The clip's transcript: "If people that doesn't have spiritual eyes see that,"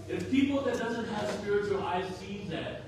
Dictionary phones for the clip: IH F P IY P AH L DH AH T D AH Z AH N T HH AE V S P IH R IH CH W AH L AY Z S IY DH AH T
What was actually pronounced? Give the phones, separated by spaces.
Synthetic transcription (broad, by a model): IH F P IY P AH L DH AH T D AH Z AH N T HH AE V S P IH R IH CH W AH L AY Z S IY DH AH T